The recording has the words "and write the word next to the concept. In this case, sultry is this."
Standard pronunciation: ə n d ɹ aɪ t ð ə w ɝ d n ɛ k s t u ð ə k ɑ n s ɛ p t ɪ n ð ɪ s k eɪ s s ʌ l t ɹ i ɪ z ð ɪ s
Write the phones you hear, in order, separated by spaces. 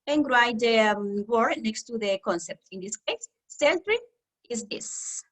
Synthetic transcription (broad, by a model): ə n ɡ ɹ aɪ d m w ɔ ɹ n ɛ k s t u ð ə k ɑ n s ɛ p t ɪ n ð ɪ s k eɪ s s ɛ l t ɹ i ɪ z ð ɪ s